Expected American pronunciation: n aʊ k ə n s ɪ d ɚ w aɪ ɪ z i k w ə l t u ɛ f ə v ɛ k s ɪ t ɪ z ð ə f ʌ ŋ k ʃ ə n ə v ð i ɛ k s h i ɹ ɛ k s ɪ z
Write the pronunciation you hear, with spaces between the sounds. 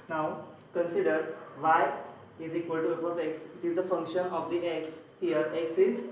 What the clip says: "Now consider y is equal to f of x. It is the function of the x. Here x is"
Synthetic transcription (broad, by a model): n aʊ k ə n s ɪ d ɚ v aɪ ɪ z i k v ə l t u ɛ p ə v ɛ k s ɪ t ɪ z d ə f ʌ ŋ k ʃ ə n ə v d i ɛ k s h i ɹ ɛ k s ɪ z